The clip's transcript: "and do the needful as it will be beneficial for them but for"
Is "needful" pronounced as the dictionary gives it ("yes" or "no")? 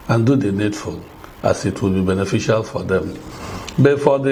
no